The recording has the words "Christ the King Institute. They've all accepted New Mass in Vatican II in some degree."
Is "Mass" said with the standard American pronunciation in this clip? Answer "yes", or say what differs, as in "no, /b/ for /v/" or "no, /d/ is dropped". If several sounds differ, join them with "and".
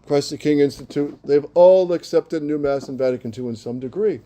yes